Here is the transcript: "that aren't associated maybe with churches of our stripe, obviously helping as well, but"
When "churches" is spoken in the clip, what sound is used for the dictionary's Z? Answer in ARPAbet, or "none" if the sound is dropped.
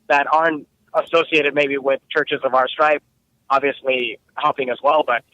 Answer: Z